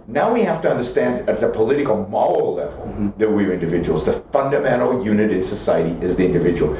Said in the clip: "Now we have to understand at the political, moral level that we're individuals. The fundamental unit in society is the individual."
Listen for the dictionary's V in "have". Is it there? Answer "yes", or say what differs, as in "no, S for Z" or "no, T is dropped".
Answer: no, F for V